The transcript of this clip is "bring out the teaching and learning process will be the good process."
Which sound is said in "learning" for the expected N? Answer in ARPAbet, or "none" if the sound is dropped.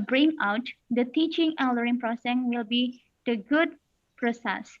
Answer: none